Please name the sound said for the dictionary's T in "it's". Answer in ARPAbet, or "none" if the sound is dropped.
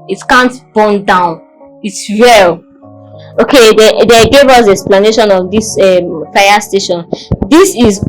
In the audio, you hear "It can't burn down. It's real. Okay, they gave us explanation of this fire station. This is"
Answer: T